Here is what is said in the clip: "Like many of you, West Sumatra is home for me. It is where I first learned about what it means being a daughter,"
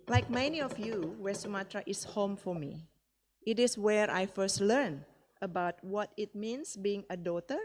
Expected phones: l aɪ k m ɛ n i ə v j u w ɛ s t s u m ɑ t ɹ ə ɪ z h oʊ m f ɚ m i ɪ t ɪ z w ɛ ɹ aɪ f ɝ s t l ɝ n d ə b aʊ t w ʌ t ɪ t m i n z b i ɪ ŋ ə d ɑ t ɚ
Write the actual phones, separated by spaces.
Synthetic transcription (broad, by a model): l aɪ k m ɛ n i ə f j u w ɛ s s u m ɑ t ɹ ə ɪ s h oʊ m f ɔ m i ɪ t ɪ s w ɛ ɹ aɪ f ɝ s t l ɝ n ə b aʊ t w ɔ t ɪ t m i n s b i ɪ ŋ ə d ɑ t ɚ